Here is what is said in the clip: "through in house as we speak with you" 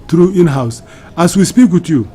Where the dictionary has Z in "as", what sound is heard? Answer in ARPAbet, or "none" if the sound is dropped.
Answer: S